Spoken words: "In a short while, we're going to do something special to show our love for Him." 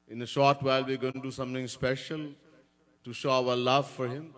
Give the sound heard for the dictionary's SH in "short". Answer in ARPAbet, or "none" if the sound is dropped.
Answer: SH